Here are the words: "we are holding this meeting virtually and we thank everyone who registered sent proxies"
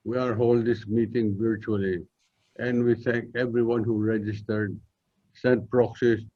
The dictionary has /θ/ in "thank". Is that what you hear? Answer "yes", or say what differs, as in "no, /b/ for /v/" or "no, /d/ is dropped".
no, /t/ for /θ/